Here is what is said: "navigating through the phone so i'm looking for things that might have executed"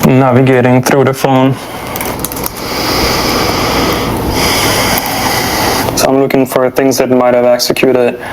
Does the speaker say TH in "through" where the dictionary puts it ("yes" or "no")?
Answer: no